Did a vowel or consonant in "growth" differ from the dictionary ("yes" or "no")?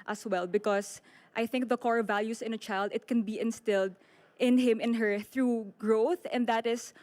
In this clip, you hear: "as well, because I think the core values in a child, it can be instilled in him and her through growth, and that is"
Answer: no